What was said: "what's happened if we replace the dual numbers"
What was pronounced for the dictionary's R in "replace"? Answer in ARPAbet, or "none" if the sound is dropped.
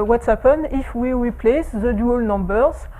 W